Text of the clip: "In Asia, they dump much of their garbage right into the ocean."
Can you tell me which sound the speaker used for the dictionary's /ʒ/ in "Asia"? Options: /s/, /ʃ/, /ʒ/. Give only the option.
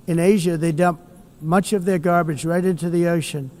/ʒ/